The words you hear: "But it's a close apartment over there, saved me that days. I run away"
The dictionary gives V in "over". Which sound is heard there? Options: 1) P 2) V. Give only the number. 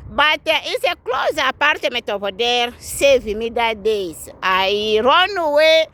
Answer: 1